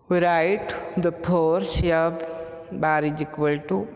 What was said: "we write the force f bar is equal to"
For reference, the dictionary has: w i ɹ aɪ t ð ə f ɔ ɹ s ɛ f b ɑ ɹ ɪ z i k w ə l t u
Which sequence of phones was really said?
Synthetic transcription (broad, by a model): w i ɹ aɪ t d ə p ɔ ɹ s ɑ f b ɑ ɹ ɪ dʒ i k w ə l t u